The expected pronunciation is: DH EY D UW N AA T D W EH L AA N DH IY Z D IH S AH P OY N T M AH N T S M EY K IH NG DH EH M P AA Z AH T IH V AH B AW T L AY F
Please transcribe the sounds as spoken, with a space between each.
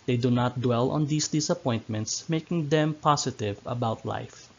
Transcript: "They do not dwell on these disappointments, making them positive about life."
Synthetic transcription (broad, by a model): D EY D UW N AA T D W EH L AA N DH IY S D IH S AH P OY N T M AH N T S M EY K IH NG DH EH M P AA S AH T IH V AH B AW T L AY F